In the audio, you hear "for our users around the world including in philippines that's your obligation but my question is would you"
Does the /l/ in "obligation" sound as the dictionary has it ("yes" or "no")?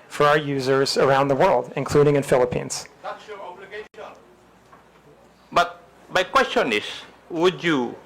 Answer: no